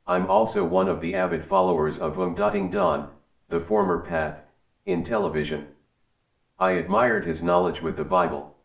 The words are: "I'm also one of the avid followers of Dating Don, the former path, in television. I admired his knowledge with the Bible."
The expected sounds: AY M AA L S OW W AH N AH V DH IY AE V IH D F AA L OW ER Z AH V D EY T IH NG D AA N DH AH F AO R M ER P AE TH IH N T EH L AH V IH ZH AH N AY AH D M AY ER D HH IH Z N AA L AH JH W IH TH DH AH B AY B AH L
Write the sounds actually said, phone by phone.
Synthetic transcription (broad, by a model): AY M AA L S OW W AH N AH V DH IY AE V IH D F AA L OW ER Z AH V D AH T IH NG D AA N DH AH F AO R M ER P AE TH IH N T EH L AH V IH ZH AH N AY AH D M AY ER D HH IH Z N AA L AH JH W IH DH AH B AY B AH L